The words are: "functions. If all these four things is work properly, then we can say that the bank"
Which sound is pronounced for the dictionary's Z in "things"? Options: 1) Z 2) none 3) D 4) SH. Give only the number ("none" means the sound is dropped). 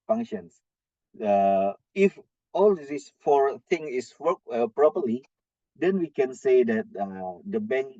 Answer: 2